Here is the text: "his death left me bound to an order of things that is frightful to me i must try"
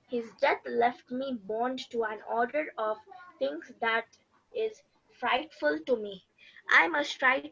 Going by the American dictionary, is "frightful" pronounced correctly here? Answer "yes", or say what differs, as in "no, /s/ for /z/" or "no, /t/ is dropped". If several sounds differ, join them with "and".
yes